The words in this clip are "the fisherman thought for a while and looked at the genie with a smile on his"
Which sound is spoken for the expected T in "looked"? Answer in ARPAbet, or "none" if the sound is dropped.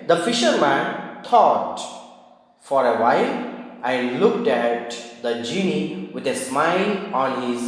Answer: T